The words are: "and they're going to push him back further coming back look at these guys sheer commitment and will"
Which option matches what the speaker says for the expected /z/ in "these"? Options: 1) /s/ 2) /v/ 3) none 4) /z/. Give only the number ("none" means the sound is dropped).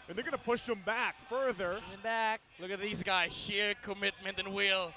4